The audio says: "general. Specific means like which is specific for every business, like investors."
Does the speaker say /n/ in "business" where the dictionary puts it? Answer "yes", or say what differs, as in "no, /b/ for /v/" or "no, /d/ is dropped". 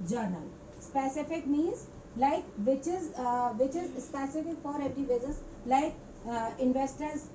no, /n/ is dropped